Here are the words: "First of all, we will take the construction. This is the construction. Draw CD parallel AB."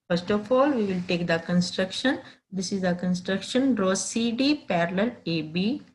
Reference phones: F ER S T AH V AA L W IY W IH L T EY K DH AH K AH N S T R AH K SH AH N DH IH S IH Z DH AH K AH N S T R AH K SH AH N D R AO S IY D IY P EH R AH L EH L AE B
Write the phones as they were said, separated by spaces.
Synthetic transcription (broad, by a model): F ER S T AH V AA L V IY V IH L T EY K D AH K AH N S T R AH K SH AH N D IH S IH Z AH K AH N S T R AH K SH AH N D R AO S IY D IY P EH R AH L EH L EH B